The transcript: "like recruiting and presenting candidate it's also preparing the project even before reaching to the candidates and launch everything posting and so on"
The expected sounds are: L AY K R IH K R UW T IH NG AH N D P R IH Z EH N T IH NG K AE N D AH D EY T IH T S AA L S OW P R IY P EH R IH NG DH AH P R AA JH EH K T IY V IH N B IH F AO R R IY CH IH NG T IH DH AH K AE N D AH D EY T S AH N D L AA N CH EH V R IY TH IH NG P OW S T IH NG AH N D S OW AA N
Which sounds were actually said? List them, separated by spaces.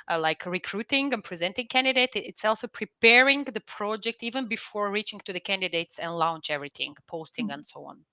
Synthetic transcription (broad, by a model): L AY K R IH K R UW T IH NG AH N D P R IH Z EH N T IH NG K AE N D AH D EY T IH T S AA L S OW P R IY P EH R IH NG DH AH P R AA JH EH K T IY V IH N B IH F AO R R IY CH IH NG T IH DH AH K AE N D AH D EY T S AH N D L AA N CH EH V R IY TH IH NG P OW S T IH NG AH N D S OW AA N